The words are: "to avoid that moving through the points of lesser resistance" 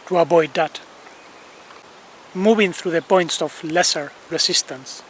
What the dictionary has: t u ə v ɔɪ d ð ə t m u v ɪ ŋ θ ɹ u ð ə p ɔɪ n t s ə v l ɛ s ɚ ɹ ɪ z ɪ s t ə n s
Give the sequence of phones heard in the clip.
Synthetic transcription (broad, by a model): t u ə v ɔɪ d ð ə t m u v ɪ ŋ θ ɹ u ð ə p ɔɪ n t s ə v l ɛ s ɚ ɹ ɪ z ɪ s t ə n s